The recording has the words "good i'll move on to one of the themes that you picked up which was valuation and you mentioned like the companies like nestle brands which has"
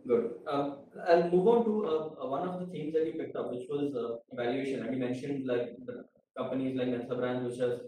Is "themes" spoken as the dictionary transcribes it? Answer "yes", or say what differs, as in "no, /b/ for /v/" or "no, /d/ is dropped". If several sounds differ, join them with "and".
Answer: no, /t/ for /θ/